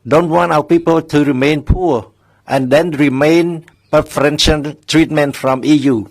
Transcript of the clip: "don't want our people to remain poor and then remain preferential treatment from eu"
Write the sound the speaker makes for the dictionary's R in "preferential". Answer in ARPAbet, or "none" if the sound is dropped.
none